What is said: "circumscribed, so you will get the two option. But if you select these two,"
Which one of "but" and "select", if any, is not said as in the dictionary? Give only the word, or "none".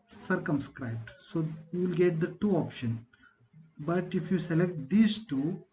none